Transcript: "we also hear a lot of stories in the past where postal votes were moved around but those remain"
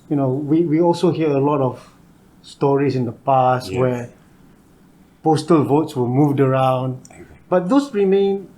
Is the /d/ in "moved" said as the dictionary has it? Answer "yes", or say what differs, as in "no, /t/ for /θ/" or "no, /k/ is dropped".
yes